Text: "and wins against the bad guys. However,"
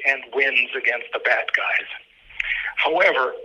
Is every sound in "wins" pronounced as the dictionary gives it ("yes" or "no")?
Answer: yes